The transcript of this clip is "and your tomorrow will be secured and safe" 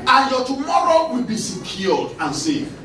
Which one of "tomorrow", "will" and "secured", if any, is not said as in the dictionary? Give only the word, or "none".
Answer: secured